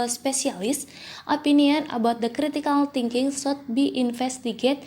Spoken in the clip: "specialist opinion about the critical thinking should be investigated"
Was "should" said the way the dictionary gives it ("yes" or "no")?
no